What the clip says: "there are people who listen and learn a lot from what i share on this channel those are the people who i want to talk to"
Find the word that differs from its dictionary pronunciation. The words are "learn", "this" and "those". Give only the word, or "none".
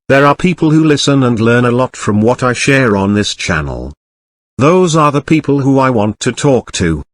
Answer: none